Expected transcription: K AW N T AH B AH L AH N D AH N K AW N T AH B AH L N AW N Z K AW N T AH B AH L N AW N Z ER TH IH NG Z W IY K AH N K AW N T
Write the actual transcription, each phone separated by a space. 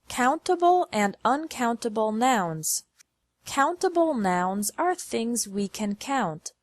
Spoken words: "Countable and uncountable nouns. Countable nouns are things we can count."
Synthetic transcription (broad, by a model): K AW N T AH B L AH N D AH N K AW N T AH B L N AW N Z K AW N T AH B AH L N AW N Z ER TH IH NG Z W IY K AH N K AW N T